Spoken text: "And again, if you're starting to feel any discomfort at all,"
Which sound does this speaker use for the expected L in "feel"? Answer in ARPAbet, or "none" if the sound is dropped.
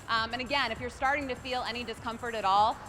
L